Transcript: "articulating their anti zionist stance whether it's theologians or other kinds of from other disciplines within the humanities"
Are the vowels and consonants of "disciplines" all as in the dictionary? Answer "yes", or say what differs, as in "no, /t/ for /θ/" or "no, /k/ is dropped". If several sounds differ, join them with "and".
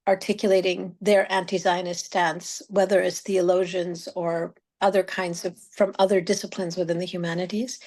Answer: yes